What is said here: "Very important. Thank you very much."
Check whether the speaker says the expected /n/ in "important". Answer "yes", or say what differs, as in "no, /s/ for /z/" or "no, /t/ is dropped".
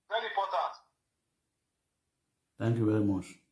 no, /n/ is dropped